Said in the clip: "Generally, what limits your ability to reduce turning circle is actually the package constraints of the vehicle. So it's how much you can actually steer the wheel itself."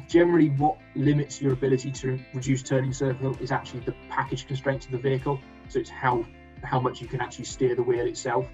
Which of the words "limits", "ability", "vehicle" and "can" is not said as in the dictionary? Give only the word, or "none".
none